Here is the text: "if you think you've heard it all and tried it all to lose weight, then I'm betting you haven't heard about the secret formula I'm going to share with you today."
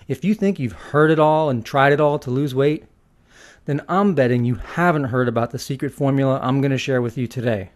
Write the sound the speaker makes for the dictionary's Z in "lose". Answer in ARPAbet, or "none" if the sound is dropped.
Z